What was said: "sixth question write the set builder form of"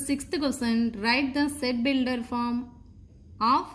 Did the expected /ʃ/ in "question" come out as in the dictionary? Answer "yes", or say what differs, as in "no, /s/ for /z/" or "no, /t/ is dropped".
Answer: no, /s/ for /ʃ/